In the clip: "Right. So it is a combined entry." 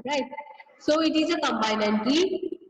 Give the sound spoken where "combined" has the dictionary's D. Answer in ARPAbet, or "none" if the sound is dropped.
none